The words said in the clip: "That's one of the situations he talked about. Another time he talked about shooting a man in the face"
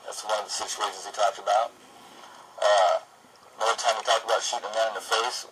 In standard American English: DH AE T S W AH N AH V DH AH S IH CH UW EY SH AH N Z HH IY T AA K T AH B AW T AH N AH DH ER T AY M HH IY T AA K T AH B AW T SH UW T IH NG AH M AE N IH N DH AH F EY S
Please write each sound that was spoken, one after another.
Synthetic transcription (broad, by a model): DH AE T S W AH N AH V DH AH S IH CH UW EY SH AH N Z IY T AA K T AH B AW T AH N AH UH T AY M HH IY T AA K T AH B AW T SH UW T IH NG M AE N IH N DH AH F EY S